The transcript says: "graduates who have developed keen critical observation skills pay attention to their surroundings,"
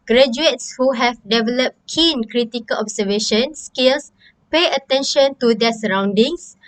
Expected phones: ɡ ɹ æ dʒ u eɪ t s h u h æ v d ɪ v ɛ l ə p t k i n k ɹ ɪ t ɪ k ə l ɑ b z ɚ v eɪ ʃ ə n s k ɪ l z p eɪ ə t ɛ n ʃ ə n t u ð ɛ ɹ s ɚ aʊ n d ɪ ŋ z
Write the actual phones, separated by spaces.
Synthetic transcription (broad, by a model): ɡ ɹ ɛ dʒ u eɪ t s h u h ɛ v d ɪ v ɛ l ə p t k i n k ɹ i t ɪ k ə l ɑ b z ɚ v eɪ ʃ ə n s k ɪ l s p eɪ ə t ɛ n ʃ ə n t u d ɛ s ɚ aʊ n d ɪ ŋ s